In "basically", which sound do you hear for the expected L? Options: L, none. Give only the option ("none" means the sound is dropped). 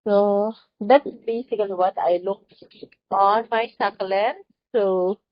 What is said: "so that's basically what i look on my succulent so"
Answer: none